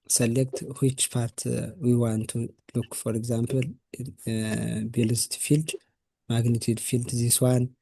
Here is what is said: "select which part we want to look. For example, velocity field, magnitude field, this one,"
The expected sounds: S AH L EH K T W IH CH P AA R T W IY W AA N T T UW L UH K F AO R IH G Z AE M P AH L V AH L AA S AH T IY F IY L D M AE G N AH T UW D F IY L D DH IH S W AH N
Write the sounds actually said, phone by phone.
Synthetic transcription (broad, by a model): S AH L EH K T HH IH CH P AA R T W IY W AA N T T UW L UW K F AO R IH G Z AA M P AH L B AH L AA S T F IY L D M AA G N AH T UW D F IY L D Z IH S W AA N